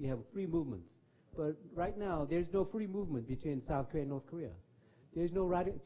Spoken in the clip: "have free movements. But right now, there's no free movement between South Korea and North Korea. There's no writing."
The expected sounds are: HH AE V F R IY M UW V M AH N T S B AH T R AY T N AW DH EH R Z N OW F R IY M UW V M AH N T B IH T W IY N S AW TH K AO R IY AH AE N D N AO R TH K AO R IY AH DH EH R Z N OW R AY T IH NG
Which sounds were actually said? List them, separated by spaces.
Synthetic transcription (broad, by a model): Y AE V F R IY M UW V M AH N T S B AH T R AY T N AW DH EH R Z N OW F R IY M UW V M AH N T B IH T W IY N S AW TH K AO R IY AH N N AO R TH K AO R IY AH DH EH R Z N OW R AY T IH